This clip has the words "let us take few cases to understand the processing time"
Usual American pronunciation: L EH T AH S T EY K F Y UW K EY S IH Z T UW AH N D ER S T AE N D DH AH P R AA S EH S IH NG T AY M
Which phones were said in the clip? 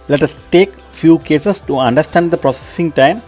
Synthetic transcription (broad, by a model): L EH T AH S T EY K F Y UW K EY S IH S T UW AH N D ER S T AE N D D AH P R AA S EH S IH NG T AY M